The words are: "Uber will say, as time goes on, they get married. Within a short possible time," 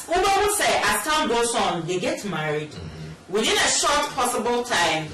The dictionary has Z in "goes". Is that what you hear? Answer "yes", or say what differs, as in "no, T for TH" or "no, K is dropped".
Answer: no, S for Z